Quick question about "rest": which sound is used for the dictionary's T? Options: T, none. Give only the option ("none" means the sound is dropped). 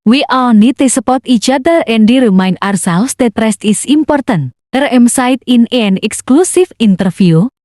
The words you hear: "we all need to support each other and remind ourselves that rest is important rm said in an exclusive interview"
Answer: T